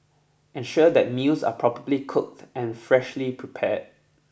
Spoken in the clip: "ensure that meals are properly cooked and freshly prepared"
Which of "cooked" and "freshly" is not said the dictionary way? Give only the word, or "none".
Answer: none